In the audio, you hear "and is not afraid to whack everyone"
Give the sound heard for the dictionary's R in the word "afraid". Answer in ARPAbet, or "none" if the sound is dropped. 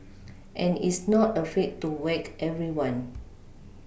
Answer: none